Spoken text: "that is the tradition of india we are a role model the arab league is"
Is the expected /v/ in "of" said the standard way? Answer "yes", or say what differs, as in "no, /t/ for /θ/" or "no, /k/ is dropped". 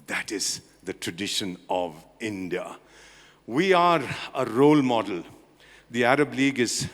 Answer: yes